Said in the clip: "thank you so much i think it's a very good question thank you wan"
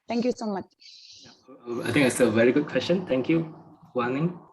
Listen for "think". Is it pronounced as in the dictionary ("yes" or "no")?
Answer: no